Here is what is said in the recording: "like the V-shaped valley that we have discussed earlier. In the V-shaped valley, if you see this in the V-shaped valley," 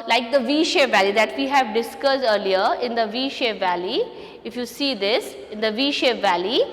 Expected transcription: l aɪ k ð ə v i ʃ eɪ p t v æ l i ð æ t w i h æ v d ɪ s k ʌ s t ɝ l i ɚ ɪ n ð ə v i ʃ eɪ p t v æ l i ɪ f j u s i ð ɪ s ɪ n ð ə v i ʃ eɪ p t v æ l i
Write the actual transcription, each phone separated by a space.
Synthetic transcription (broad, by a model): l aɪ k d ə v i ʃ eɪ v æ l i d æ t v i h æ v d ɪ s k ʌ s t ɝ l i ɚ ɪ n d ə v i ʃ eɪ v æ l i ɪ f j u s i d ɪ s ɪ n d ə v i ʃ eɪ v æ l i